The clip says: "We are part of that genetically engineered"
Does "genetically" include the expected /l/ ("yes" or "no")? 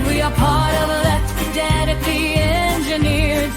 no